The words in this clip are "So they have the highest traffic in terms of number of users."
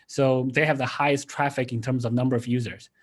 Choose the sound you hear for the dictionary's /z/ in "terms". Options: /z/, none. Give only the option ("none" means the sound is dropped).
/z/